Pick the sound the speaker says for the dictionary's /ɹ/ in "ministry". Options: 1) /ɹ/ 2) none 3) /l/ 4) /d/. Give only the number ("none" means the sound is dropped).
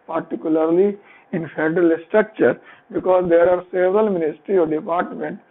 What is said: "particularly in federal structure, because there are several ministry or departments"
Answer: 1